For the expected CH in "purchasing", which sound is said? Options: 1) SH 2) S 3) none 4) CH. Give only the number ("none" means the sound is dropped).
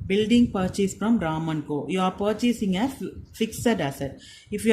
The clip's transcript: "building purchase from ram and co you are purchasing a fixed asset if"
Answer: 4